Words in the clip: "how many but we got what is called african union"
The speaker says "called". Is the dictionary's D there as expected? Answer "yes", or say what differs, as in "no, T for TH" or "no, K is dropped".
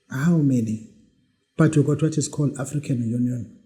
no, D is dropped